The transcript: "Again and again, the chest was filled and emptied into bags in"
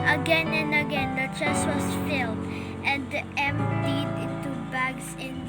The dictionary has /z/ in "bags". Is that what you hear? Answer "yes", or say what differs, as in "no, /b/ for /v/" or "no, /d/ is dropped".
no, /s/ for /z/